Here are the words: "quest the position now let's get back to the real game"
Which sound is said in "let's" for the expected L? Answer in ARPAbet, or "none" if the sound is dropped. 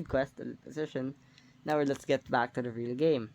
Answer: L